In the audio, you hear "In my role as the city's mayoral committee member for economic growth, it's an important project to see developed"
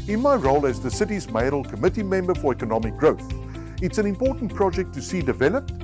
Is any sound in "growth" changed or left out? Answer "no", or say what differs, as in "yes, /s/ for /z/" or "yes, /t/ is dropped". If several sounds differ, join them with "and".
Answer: no